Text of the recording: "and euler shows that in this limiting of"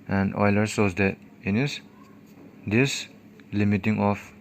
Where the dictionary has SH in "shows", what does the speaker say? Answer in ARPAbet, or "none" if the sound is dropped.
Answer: S